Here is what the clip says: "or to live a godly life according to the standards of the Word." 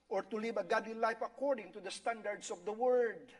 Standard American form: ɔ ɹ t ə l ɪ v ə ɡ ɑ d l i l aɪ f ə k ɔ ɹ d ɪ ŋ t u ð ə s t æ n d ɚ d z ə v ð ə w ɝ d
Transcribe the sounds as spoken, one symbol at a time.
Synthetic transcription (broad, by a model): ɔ ɹ t ə l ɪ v ə ɡ ɑ d l i l aɪ f ə k ɔ ɹ d ɪ ŋ t u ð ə s t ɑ n d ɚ d s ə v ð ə w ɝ d